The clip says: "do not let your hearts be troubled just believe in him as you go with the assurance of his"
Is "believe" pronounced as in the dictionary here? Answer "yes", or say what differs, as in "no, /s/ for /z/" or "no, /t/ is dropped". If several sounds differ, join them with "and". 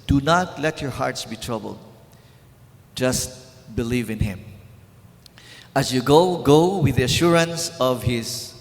yes